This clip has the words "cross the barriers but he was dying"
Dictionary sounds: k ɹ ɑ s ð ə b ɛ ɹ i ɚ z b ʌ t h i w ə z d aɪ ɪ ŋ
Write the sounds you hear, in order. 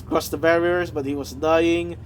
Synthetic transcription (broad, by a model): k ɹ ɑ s ð ə b ɛ ɹ i ɚ z b ʌ t h i w ə z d aɪ ɪ ŋ